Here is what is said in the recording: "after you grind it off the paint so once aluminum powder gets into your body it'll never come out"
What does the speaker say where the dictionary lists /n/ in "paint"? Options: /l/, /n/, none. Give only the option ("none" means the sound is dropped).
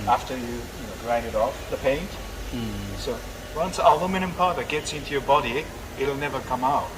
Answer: /n/